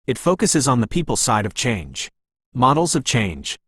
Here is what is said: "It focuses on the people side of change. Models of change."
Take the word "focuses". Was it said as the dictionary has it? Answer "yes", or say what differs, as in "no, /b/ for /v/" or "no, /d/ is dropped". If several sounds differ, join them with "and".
yes